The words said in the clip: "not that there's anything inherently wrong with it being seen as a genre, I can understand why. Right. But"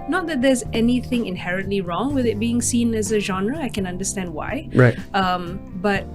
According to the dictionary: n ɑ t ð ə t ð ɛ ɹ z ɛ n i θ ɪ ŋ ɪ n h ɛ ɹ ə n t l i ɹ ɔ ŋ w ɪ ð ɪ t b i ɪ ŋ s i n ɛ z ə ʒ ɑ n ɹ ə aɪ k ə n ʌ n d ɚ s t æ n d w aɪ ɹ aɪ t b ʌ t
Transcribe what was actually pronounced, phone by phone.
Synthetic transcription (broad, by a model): n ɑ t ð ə t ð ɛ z ɛ n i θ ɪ ŋ ɪ n h ɛ ɹ ə n t l i ɹ ɔ ŋ w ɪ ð ɪ t b i ɪ ŋ s i n ɛ z ə ʒ ɑ n ɹ ə aɪ k ə n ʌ n d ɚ s t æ n d w aɪ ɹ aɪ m b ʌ t